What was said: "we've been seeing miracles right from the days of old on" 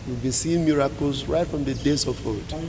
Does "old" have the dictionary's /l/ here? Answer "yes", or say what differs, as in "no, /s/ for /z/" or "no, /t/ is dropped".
no, /l/ is dropped